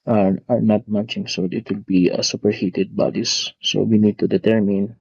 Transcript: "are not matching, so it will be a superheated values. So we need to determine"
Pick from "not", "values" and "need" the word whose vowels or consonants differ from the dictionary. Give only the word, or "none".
values